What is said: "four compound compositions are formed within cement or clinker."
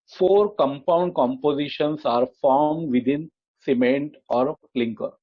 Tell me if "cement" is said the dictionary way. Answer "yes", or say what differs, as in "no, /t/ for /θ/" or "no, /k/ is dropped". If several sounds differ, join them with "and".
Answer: yes